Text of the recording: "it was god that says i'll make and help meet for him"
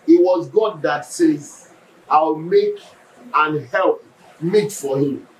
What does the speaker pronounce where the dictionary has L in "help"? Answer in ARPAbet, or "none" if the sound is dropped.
L